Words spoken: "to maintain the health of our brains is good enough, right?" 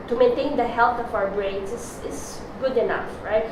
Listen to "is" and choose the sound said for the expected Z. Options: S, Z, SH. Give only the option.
S